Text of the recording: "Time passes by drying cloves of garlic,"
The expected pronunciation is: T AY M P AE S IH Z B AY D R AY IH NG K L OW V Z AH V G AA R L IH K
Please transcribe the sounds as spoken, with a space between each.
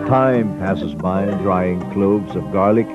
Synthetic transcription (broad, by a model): T AY M P AE S IH Z B AY D R AY IH NG K L OW V Z AH V G AA R L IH K